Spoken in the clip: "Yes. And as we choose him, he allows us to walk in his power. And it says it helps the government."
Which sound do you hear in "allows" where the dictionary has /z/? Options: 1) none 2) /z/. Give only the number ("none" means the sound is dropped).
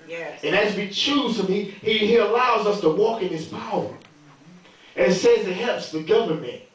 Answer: 2